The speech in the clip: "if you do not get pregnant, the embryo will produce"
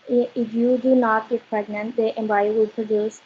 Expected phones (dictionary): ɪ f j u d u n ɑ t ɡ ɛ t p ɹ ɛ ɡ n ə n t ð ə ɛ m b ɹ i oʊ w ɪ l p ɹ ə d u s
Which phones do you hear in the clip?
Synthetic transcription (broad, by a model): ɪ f j u d u n ɑ t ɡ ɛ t p ɹ ɛ ɡ n ə n t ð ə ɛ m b i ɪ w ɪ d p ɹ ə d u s